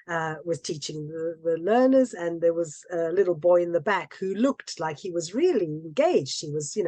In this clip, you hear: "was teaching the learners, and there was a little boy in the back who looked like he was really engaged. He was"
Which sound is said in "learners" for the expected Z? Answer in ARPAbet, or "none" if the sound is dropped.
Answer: Z